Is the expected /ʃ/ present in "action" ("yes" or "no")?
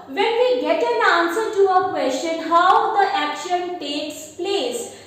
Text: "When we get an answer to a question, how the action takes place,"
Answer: yes